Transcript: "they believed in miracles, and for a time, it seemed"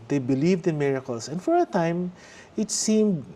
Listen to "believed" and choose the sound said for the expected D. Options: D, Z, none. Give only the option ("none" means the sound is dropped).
D